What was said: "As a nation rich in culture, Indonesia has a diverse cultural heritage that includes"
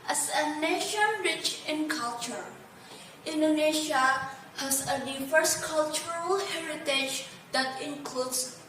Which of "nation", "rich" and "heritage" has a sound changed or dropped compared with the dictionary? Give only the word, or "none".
none